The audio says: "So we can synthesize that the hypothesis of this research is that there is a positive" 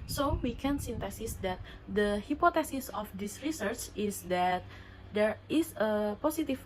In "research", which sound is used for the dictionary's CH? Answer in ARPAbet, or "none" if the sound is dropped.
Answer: CH